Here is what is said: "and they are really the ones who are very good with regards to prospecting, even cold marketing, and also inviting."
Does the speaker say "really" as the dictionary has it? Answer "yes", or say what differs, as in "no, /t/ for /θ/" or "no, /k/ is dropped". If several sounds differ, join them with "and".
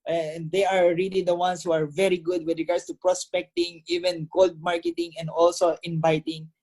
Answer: yes